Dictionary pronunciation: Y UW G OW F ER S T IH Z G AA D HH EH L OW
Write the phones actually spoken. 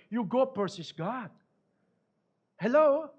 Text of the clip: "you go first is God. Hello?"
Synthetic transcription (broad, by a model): Y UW G OW P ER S IH S G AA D HH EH L OW